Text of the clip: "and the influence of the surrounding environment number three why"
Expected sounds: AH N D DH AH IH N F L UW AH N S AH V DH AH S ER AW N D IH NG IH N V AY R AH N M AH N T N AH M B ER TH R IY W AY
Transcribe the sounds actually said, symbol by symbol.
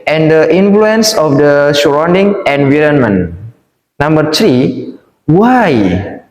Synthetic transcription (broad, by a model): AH N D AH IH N F L UW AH N S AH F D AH SH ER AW N D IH NG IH N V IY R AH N M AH N N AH M B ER T R IY W AY